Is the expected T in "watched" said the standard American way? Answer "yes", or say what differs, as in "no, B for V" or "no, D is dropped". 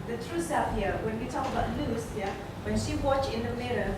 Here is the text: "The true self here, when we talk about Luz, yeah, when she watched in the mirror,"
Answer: no, T is dropped